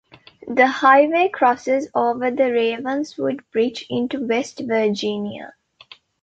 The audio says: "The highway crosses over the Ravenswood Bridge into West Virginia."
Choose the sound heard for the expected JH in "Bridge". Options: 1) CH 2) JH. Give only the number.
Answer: 1